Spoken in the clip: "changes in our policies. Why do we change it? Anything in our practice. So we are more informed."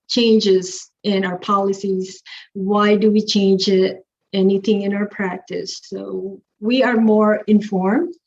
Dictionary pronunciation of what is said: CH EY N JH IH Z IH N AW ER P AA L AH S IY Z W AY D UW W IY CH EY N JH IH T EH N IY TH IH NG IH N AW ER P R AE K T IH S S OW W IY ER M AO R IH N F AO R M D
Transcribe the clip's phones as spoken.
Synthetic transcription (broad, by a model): CH EY N JH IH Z IH N AW ER P AA L AH S IY Z W AY D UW W IY CH EY N JH IH T EH N IY TH IH NG IH N AW ER P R AE K T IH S S OW W IY ER M AO R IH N F AO R M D